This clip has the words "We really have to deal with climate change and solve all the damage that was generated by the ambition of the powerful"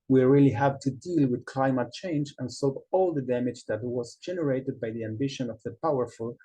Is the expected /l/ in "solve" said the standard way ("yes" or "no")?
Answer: no